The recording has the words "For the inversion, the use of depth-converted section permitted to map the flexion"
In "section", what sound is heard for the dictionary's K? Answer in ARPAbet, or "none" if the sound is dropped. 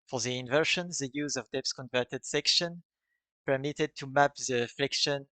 K